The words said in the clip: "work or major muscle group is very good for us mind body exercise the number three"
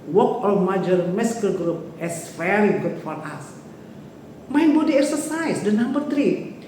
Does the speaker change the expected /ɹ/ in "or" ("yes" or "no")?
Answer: yes